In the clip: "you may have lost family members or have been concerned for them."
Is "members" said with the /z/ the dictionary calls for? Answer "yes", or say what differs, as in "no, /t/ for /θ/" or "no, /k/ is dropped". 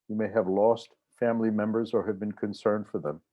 yes